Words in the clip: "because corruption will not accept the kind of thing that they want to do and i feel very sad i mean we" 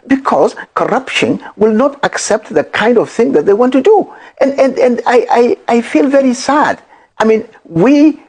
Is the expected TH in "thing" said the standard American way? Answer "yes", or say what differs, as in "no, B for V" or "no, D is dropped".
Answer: yes